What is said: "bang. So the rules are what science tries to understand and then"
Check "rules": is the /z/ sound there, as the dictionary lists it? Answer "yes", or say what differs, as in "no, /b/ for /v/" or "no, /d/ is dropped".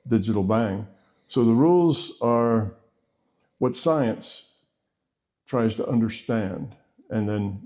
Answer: yes